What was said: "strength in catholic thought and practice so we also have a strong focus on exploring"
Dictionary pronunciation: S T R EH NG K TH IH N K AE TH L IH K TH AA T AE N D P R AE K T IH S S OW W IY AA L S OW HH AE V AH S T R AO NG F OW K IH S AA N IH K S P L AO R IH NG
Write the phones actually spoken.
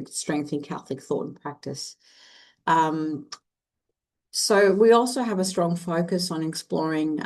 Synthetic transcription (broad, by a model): S T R EH NG K TH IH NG K AE TH L IH K TH AA T N P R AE K T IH S S OW W IY AA L S OW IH V AH S T R AO NG F OW K IH S N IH K S P L AO R IH NG